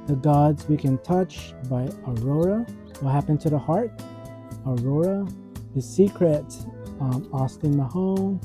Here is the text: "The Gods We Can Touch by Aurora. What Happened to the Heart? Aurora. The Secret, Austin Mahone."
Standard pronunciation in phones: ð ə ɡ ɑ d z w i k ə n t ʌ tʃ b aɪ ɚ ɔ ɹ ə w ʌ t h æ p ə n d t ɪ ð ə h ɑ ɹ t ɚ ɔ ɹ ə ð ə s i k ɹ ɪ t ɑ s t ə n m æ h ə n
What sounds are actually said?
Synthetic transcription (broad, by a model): ð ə ɡ ɑ d z w i k ə n t ʌ tʃ b aɪ ɚ ɔ ɹ ə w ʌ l h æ p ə n t ɪ ð ə h ɑ ɹ t ɚ ɔ ɹ ə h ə s i k ɹ ɪ t ɑ s t ə n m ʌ h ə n